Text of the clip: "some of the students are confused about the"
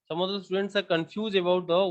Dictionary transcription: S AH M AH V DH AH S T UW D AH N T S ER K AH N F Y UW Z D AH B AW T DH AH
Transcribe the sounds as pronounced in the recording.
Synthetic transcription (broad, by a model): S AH M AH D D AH S T UW D AH N T S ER K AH N F Y UW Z AH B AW T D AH